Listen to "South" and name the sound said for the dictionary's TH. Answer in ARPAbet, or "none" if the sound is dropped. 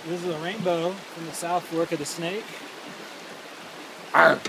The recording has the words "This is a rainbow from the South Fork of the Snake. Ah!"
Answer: TH